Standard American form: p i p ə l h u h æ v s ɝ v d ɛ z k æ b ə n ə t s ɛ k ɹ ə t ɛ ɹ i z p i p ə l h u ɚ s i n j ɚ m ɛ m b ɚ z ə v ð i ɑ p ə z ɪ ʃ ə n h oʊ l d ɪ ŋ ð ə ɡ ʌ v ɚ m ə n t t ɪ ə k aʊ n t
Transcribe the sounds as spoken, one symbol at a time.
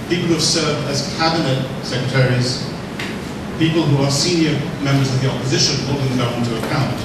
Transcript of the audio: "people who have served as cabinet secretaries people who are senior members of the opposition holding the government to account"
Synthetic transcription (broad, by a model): p i p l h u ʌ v s ɝ v d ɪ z k æ b ə n ə t s ɛ k ɹ ə t ɛ ɹ i z p i p ə l h u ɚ s i n j ɚ m ɛ m b ɚ z ə v ð i ɑ p ə z ɪ ʃ ə n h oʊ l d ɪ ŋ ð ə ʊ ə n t t ɪ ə k aʊ n t